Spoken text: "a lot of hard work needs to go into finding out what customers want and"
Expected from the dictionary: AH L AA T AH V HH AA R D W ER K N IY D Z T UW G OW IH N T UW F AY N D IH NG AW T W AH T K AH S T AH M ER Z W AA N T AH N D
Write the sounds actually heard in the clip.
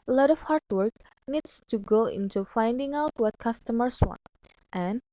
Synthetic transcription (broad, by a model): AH L AA T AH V HH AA R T W ER K N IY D S T UW G OW IH N T UW F AY N D IH NG AW T W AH T K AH S T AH M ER S W AA N T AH N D